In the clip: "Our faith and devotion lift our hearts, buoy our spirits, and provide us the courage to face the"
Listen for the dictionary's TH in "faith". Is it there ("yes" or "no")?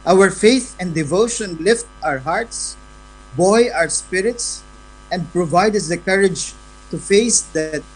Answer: yes